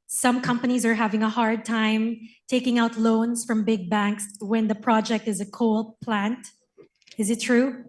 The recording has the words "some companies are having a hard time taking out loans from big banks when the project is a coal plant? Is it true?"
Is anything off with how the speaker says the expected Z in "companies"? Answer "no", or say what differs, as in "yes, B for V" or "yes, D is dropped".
no